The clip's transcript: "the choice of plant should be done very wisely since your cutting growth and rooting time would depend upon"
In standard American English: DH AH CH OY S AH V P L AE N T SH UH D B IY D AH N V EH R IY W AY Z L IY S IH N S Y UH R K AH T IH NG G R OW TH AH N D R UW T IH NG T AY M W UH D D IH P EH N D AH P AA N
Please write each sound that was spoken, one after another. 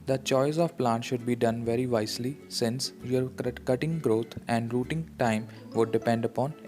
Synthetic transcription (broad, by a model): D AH CH OY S AH V P L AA N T SH UH D B IY D AH N V EH R IY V AY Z L IY S IH N S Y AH R K AH T IH NG G R OW T AH N D R UW T IH NG T AY M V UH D D IH P EH N D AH P AA N